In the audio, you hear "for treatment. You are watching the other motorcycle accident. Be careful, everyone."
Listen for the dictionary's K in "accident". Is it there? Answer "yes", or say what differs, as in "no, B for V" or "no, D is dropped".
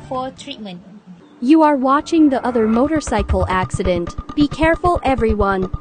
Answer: yes